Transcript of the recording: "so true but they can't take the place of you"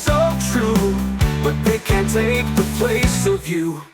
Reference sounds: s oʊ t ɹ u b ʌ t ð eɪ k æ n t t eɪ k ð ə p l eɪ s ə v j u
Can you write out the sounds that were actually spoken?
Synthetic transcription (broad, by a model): s oʊ t ɹ u b ʌ t ð eɪ k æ n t t eɪ k ð ə p l eɪ s ə v j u